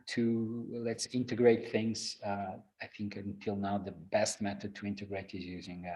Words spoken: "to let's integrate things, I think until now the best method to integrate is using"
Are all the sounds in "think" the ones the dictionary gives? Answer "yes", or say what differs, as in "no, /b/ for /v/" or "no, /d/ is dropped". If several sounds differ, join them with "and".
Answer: yes